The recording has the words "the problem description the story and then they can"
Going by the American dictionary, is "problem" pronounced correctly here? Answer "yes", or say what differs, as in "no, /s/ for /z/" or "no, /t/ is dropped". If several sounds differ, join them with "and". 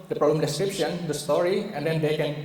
yes